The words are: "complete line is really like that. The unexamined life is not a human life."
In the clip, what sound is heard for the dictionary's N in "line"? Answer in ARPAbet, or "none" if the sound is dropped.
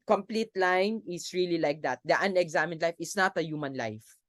N